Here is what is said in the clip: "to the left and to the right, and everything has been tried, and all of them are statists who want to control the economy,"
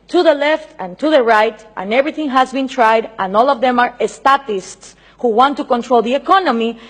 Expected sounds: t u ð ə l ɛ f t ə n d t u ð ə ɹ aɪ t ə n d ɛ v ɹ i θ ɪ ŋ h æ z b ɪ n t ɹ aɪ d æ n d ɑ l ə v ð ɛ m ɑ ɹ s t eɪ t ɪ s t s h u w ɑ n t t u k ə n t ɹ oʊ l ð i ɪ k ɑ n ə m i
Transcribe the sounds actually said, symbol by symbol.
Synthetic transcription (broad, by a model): t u ð ə l ɛ f t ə n t u ð ə ɹ aɪ t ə n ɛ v ɹ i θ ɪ ŋ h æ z b ɪ n t ɹ aɪ d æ n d ɑ l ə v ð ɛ m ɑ ɹ s t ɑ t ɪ s t s h u w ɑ n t t u k ə n t ɹ oʊ l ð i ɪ k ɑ n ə m i